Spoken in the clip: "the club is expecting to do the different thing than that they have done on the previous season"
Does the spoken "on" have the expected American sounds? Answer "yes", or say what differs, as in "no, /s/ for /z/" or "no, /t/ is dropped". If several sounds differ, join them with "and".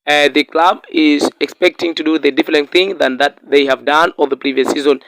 no, /l/ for /n/